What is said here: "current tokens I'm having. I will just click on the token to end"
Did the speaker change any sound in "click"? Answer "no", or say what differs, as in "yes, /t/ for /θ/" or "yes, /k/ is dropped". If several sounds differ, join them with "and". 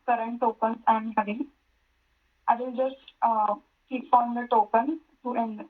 yes, /l/ is dropped